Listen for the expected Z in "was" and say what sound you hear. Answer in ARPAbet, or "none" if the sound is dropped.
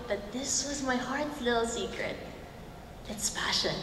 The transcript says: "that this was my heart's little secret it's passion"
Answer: Z